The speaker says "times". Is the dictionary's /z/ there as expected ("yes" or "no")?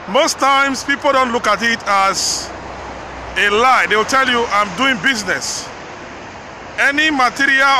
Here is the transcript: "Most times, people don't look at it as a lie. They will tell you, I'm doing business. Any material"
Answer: no